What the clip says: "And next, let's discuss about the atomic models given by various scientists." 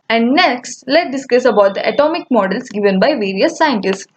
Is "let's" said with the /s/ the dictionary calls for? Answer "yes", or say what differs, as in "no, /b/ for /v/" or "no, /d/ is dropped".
no, /s/ is dropped